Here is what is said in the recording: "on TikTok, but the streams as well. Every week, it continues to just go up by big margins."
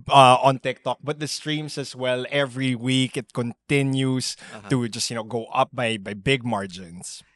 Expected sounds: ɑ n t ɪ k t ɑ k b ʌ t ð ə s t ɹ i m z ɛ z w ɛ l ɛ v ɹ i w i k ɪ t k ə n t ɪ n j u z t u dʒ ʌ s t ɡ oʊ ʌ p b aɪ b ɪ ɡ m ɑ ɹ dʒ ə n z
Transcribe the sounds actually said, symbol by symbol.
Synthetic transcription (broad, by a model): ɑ n t ɪ k t ɑ k b ʌ t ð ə s t ɹ i m s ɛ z w ɛ l ɛ v ɹ i w i k ɪ t k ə n t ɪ n j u s t u dʒ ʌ s t ɡ oʊ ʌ p b aɪ b ɪ ɡ m ɑ ɹ dʒ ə n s